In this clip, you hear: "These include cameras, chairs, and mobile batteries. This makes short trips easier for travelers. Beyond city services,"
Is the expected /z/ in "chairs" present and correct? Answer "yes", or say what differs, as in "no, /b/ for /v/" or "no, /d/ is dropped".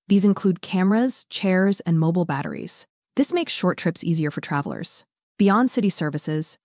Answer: yes